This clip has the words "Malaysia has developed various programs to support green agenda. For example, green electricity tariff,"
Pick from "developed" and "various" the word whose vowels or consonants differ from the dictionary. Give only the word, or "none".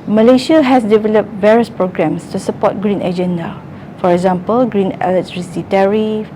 none